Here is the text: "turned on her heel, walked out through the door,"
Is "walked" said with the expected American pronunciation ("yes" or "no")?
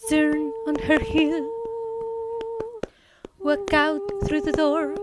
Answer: no